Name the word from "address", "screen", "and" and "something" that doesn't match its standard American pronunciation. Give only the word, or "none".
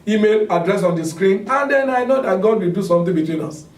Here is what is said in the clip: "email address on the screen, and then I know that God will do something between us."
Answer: something